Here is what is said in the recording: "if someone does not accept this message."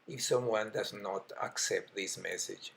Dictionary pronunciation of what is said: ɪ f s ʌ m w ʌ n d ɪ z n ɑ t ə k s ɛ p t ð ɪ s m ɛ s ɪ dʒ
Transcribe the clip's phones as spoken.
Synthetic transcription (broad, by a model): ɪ f s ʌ m w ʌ n d ɪ z n ɑ t ə k s ɛ p t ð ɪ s m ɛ s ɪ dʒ